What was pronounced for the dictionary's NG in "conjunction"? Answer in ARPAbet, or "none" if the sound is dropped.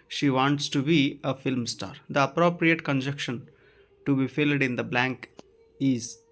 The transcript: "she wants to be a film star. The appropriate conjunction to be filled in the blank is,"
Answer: none